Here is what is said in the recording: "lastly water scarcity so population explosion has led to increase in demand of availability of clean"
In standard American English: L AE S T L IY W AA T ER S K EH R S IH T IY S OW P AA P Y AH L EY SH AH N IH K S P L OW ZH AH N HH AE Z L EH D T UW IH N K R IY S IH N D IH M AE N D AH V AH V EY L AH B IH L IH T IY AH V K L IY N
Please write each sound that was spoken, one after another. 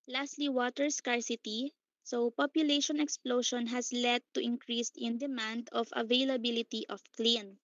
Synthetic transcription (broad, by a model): L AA S T L IY W AA T ER S K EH R S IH T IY S OW P AA P Y AH L EY SH AH N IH K S P L OW SH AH N HH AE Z L EH D T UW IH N K R IY S IH N D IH M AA N D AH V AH V EY L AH B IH L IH T IY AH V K L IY N